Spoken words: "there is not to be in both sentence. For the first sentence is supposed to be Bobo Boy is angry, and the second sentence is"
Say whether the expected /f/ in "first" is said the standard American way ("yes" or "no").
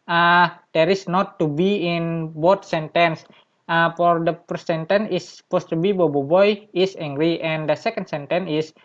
no